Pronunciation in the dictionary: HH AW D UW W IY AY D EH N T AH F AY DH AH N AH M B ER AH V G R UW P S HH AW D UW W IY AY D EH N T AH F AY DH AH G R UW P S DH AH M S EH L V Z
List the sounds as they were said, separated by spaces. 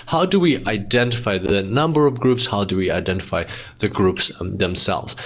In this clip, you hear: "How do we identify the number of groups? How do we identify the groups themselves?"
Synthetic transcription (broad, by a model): HH AW D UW W IY AY D EH N T AH F AY DH AH N AH M B ER AH V G R UW P S HH AW D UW W IY AY D EH N T AH F AY DH AH G R UW P S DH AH M S EH L V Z